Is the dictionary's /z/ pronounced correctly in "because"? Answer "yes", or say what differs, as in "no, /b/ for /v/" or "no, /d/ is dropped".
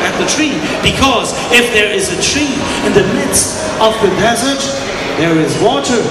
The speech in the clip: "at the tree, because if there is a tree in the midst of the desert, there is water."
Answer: yes